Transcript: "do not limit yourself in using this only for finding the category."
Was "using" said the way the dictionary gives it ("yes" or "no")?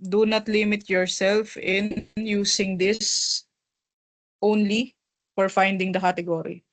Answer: no